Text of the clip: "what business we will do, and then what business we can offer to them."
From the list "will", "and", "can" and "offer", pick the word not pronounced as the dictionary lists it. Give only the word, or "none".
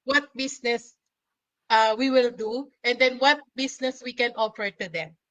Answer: offer